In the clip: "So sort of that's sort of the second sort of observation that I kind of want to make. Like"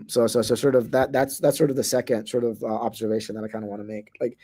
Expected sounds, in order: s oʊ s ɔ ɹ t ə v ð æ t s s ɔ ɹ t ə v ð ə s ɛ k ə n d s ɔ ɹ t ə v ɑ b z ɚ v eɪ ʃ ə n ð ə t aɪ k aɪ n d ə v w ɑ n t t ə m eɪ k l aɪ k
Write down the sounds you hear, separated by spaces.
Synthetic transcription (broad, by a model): s oʊ s ɔ ɹ t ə v ð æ t s s ɔ ɹ t ə v ð ə s ɛ k ə n d s ɔ ɹ t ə v ɑ b z ɚ v eɪ ʃ ə n ð ə t aɪ k aɪ n d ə w ɑ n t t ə m eɪ k l aɪ k